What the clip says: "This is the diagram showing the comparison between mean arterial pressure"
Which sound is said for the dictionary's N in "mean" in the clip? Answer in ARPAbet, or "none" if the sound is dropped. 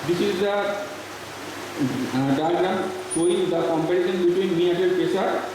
none